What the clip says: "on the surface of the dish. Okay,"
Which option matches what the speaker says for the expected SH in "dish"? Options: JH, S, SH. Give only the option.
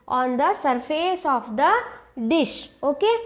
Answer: SH